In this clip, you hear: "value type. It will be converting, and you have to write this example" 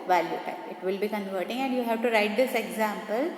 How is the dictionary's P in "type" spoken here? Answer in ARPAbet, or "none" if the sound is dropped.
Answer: none